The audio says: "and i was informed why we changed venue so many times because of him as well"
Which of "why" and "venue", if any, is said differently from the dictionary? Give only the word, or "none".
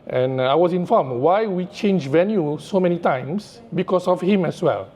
none